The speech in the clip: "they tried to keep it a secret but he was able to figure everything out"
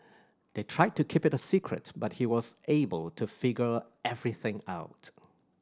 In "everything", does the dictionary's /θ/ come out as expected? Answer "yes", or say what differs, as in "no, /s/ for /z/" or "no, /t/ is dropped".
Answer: yes